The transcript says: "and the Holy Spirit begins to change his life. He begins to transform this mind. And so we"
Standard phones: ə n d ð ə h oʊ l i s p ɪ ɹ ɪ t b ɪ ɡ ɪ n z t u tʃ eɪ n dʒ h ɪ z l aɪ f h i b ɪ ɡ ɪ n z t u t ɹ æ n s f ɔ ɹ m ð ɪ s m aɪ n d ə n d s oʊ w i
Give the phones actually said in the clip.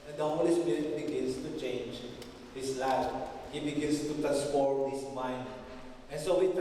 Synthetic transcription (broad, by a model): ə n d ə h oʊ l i s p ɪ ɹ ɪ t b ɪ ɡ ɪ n s t u tʃ eɪ n dʒ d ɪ s l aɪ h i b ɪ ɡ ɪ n s t u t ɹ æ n s p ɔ ɹ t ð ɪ s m aɪ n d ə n s oʊ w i